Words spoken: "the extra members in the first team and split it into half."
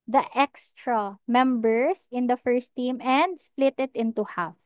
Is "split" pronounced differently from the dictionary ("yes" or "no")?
no